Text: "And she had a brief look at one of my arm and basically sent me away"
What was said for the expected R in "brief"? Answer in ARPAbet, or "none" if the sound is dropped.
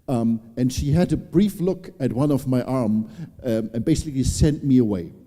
R